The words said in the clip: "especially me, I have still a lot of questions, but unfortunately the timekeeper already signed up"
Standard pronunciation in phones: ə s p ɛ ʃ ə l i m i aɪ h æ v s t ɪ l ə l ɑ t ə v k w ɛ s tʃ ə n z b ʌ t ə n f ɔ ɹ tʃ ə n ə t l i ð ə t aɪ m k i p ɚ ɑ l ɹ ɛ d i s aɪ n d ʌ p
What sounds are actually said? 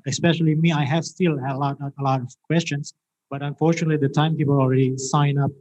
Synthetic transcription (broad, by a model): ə s p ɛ ʃ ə l i m i aɪ h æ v s t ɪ l ə l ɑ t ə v k w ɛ s tʃ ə n s b ʌ t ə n f ɔ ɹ tʃ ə n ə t l i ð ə t aɪ m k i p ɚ ɑ l ɹ ɛ d i s aɪ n ʌ p